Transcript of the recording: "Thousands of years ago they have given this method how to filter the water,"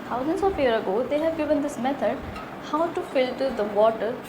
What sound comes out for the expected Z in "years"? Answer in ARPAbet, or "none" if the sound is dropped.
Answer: none